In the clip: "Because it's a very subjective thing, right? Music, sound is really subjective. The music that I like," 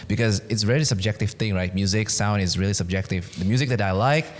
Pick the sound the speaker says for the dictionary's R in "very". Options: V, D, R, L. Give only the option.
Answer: L